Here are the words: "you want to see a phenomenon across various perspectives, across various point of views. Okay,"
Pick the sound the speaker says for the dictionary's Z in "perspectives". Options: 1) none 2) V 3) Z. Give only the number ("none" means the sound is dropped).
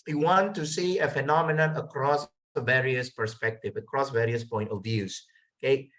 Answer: 1